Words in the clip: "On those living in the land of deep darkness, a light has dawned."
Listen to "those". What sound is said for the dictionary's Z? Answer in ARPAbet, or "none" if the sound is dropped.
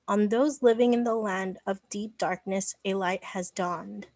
Z